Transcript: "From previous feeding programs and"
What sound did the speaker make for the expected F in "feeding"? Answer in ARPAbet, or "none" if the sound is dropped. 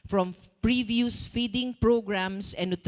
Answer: F